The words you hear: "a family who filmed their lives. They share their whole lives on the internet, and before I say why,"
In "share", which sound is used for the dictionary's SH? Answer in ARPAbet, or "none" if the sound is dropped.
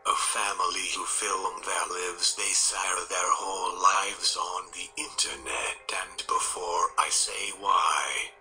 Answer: S